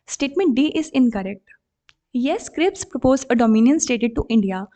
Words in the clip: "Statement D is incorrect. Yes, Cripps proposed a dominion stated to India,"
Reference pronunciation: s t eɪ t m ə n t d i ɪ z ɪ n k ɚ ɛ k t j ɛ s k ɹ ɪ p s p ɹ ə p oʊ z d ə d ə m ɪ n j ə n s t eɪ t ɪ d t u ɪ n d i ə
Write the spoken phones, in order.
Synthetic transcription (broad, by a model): s t eɪ t m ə n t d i ɪ z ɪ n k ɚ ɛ k t j ɛ s k ɹ ɪ p s p ɹ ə p oʊ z ə d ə m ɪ n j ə n s t eɪ t ɪ d t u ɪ n d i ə